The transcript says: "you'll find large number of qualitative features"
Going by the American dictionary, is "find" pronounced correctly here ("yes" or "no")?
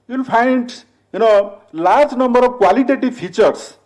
no